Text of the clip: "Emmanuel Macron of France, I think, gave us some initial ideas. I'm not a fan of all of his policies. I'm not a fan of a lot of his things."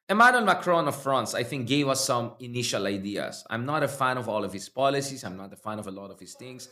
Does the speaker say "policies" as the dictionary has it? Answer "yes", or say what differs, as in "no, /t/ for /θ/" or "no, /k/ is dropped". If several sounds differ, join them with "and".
no, /s/ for /z/